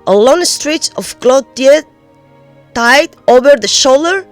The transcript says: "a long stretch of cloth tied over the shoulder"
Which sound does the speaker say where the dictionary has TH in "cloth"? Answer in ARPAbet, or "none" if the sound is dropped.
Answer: T